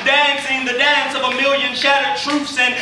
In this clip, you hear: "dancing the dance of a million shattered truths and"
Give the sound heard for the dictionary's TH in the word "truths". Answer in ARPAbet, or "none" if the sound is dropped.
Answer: F